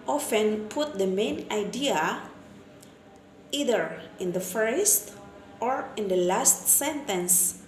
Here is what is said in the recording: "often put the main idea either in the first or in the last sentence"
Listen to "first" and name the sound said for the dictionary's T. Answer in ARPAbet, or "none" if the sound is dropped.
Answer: T